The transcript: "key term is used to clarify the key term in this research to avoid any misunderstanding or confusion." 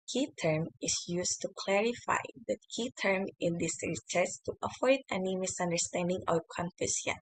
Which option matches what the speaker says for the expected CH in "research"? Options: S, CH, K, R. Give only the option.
S